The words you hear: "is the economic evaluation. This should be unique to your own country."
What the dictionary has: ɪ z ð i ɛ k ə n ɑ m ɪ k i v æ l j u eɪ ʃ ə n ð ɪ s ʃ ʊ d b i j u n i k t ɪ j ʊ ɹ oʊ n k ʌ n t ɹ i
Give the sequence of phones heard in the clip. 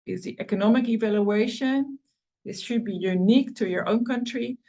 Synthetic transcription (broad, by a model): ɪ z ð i ɛ k ə n ɑ m ɪ k i v æ l j u eɪ ʃ ə n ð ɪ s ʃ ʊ d b i j u n i k t ɪ j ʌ ɹ oʊ n k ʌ n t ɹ i